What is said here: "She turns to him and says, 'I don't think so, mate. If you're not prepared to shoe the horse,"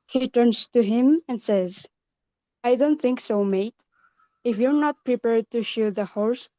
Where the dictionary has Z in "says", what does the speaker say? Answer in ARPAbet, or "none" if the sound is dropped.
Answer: Z